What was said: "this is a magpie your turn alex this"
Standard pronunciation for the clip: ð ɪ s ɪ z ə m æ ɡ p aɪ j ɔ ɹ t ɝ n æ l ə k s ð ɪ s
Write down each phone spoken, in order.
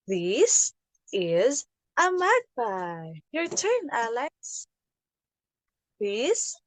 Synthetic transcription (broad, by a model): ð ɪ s ɪ z ə m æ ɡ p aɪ j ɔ ɹ t ɝ n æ l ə s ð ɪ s